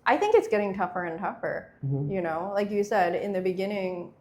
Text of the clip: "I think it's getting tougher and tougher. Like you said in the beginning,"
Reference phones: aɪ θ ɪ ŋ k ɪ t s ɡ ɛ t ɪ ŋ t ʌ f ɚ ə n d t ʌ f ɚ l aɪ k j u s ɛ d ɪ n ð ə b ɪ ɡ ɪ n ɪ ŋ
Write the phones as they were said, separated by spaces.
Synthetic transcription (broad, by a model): aɪ θ ɪ ŋ k ɪ t s ɡ ɛ t ɪ ŋ t ʌ f ɚ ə n t ʌ f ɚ l aɪ k j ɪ s ɛ d ɪ n ð ə b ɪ ɡ ɪ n ɪ ŋ